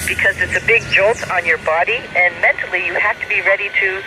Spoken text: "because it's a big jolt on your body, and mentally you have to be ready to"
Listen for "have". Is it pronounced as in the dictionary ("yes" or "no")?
no